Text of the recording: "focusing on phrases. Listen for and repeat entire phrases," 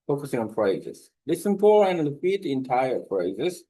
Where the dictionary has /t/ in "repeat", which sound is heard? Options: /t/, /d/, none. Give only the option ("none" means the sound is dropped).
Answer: none